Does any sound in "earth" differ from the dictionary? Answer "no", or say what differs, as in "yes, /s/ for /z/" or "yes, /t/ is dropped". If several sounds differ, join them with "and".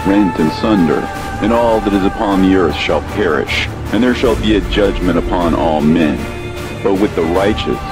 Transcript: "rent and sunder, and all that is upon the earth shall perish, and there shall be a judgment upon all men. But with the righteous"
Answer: no